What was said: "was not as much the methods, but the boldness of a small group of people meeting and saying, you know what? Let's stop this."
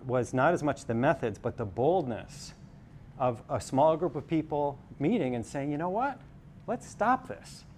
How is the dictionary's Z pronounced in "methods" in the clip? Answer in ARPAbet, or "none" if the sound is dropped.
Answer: Z